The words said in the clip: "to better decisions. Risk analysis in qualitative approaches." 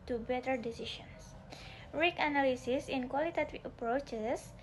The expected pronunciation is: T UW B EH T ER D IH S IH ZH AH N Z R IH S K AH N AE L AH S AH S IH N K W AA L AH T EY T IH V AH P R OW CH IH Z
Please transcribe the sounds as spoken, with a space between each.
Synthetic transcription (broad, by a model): T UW B EH T ER D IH S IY SH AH N S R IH K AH N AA L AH S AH S IH N K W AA L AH T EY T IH AH P R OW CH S